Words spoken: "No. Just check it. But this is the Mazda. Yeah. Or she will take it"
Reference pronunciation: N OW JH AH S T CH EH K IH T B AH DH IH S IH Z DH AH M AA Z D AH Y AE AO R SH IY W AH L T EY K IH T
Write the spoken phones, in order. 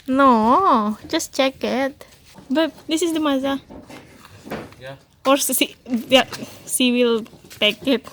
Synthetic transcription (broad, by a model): N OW JH AH S T CH EH K IH T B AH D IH S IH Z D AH M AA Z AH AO R S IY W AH L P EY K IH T